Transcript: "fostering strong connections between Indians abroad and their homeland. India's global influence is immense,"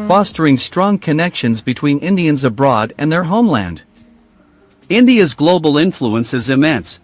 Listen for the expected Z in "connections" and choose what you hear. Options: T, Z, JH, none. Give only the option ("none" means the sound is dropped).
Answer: Z